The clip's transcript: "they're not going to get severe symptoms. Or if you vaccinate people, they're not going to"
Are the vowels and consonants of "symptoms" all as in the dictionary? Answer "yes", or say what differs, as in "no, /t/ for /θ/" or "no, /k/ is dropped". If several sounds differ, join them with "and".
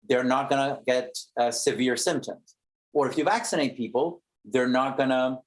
yes